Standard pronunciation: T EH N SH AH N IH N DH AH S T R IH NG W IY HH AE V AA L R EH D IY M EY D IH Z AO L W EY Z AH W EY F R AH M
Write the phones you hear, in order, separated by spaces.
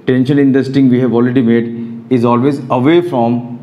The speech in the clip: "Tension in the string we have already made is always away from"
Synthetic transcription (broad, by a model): T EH N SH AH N IH N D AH S T IH NG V IY HH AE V AA L R EH D IY M EY D IH Z AO L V EY Z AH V EY F R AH M